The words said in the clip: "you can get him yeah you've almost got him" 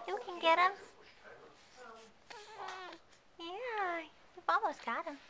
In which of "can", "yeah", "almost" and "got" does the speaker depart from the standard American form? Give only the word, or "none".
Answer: almost